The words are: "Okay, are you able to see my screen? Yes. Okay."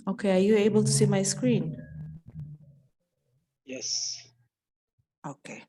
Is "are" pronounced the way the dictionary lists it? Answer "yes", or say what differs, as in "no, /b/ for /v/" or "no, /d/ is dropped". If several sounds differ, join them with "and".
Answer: yes